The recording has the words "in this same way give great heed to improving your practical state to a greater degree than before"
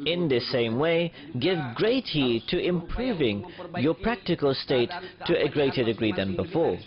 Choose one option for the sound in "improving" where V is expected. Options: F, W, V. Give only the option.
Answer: V